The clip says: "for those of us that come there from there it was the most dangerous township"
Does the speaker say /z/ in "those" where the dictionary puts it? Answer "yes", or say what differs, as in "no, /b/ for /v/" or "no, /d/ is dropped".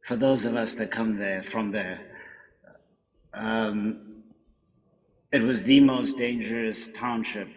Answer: yes